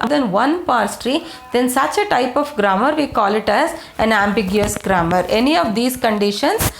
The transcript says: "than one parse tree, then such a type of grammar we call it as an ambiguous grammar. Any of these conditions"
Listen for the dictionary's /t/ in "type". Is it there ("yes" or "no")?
yes